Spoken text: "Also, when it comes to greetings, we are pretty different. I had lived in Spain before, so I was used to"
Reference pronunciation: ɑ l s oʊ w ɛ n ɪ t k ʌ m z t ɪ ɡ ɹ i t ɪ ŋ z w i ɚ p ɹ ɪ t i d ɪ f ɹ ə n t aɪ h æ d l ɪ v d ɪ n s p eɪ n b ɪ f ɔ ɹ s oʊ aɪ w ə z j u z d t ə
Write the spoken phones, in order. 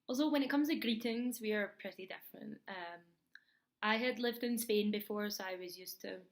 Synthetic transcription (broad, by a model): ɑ l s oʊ w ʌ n ɪ t k ʌ m z t ɪ ɡ ɹ i t ɪ ŋ z w i ɚ p ɹ ɪ t i d ɪ f ɹ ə n t aɪ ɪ d l ɪ v d ɪ n s p eɪ n b ɪ f ɔ ɹ s oʊ aɪ w ə z j u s t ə